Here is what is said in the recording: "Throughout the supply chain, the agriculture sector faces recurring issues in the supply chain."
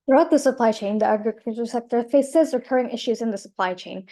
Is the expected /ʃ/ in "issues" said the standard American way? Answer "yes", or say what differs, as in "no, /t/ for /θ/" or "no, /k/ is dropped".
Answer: yes